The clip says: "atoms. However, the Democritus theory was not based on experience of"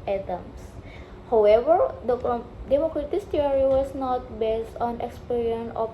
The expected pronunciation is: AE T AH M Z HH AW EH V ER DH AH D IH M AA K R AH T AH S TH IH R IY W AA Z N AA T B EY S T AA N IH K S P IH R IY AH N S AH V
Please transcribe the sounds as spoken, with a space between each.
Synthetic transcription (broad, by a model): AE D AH M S HH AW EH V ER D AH D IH M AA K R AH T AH S T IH R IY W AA S N AA T B EY S T AA N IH K S P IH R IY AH N AH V